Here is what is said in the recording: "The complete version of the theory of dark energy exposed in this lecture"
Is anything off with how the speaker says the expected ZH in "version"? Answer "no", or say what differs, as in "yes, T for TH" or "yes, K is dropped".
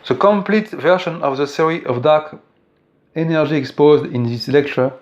yes, SH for ZH